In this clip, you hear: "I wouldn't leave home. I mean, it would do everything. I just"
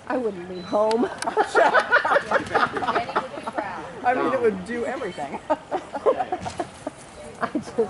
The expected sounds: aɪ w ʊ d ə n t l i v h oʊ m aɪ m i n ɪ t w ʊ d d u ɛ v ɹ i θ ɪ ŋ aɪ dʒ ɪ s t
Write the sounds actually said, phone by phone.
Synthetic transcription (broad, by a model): aɪ w ʊ d n t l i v h oʊ m aɪ m i n ɪ t w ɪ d d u ɛ v ɹ i θ ɪ ŋ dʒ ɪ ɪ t